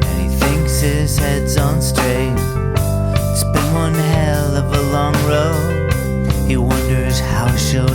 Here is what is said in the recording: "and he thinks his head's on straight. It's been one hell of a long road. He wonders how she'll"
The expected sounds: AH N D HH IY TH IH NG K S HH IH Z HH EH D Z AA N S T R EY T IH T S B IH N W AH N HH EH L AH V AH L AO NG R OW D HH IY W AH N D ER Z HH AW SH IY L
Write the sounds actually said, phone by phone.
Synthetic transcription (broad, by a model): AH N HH IY TH IH NG K S HH IH Z HH EH D Z N S T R EY IH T S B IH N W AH N HH EH L AH V AH L AO NG R OW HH IY W AH N D ER Z HH AW SH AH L